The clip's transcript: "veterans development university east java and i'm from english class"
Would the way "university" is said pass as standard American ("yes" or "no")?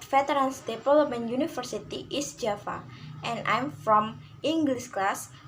no